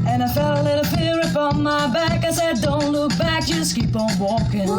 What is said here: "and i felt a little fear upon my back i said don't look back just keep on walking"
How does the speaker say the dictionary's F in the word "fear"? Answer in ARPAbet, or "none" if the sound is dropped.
P